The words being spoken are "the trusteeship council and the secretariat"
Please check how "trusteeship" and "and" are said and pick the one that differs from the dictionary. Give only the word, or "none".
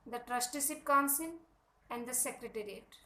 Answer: trusteeship